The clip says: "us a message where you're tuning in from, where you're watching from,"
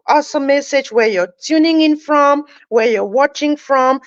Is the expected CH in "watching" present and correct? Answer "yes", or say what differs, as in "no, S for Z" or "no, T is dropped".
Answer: yes